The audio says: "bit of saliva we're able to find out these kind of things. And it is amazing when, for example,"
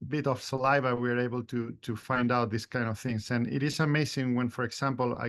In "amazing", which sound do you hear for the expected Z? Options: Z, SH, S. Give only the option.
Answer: S